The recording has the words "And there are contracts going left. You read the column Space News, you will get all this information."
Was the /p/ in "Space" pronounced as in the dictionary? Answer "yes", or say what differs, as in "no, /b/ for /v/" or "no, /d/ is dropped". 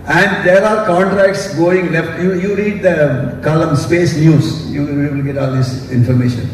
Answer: yes